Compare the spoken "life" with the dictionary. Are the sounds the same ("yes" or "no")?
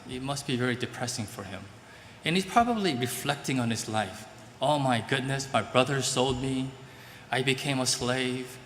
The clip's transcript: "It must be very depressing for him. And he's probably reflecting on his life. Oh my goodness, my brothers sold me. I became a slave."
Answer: yes